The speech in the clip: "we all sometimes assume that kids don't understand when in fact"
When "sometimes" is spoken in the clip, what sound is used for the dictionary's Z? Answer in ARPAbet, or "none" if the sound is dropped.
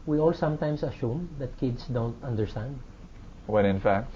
S